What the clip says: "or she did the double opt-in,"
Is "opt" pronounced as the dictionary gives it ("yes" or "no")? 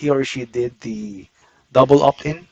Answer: no